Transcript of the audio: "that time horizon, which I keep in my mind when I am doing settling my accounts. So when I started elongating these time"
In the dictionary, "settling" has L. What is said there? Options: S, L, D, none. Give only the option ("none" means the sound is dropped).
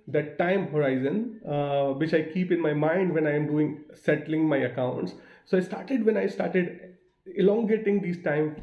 L